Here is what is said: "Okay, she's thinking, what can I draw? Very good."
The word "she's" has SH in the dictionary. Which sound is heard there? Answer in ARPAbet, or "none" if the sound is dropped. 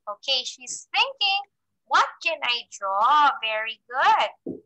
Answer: SH